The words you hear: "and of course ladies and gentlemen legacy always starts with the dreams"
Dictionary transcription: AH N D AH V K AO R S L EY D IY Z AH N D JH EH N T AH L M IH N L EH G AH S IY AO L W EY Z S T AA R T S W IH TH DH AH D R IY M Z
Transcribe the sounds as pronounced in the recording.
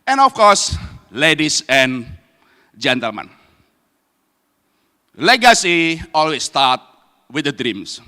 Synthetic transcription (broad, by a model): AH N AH F K AO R S L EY D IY S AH N JH EH N T AH L M IH N L EH G AH S IY AO L W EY S T AA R T W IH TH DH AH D R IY M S